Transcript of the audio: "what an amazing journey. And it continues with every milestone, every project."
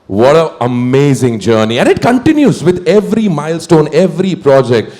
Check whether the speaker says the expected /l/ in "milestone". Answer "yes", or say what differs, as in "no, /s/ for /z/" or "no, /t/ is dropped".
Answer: yes